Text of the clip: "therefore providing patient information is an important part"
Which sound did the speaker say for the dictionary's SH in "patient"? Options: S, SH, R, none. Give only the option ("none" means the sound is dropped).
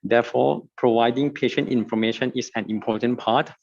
SH